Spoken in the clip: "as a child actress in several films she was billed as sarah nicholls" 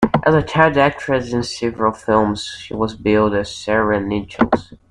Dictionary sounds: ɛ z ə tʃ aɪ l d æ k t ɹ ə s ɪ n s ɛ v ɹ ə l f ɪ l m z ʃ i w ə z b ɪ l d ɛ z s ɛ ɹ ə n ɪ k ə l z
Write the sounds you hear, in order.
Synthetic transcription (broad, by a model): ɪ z ə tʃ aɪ d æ k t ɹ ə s ɪ n s ɛ v ɹ ə l f ɪ l m z ʃ i w ə z b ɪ l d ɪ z s ɛ ɹ ə n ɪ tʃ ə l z